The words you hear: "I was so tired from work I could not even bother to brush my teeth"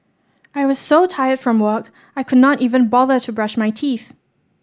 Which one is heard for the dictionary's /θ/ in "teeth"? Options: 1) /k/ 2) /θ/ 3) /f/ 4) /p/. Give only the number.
2